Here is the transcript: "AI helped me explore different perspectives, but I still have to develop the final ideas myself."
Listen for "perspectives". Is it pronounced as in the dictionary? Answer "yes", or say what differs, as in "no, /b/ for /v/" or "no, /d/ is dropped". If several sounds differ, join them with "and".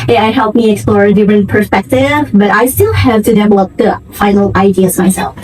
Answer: no, /z/ is dropped